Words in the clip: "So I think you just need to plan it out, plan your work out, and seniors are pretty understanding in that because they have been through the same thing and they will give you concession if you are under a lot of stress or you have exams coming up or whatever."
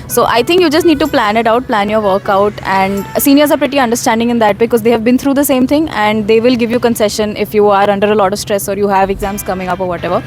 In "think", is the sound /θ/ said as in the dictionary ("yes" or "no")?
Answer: no